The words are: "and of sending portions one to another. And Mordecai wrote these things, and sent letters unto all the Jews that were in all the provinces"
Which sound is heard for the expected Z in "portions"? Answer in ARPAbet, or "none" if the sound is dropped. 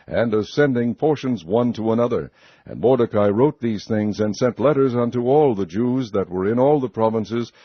Z